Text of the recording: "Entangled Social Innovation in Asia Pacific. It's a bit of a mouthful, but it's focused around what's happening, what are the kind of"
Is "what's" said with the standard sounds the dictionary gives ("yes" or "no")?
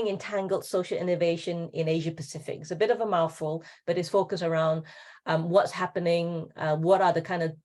yes